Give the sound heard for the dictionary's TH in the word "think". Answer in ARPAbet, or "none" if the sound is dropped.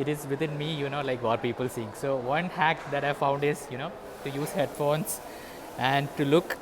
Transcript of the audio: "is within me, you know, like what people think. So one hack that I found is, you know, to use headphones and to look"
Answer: S